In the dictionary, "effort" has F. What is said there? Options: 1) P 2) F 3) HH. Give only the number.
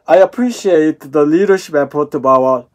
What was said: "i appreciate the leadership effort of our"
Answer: 1